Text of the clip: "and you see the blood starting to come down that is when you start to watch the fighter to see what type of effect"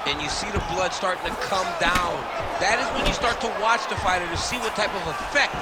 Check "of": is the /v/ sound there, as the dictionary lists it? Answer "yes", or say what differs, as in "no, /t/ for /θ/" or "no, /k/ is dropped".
yes